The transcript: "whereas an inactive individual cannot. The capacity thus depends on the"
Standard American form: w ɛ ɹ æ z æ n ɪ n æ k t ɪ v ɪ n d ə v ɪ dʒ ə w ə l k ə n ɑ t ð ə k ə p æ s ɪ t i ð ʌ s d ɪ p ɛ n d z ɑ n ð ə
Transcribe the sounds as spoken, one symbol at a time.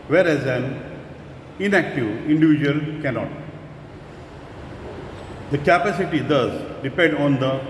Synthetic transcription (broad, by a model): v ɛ ɹ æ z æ n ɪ n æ k t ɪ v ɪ n d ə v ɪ dʒ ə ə l k ə n ɑ t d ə k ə p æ s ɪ t i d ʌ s d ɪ p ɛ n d ɑ n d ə